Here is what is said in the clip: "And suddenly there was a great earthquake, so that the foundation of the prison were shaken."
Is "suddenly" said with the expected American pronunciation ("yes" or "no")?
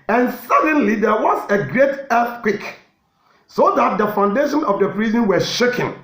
yes